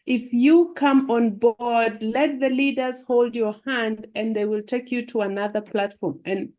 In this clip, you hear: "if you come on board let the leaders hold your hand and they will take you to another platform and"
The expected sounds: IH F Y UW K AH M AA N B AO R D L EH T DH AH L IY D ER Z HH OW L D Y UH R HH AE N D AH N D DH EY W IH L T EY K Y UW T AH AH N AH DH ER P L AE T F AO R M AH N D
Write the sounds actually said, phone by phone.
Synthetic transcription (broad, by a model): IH F Y UW K AH M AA N B AO R D L EH T DH AH L IY D ER Z HH OW L D Y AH R HH AE N D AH N DH EY W IH L T EY K Y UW T AH AH N AH DH ER P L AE T F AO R M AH N